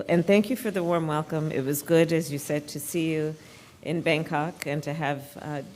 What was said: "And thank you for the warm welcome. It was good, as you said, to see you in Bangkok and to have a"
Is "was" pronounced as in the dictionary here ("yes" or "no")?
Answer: yes